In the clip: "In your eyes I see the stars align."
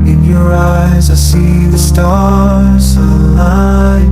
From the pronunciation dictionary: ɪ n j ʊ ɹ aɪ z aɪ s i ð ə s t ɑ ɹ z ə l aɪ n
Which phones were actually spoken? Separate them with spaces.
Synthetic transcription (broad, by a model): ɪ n j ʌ ɹ aɪ z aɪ s i ð ə s t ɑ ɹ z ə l aɪ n